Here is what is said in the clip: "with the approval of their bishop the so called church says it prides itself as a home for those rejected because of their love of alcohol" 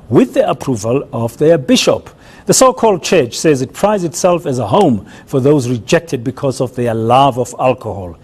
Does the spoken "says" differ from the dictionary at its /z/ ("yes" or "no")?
no